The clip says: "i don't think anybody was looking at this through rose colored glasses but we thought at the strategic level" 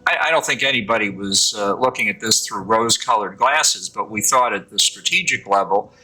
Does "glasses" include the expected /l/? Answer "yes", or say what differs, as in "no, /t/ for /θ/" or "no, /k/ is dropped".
yes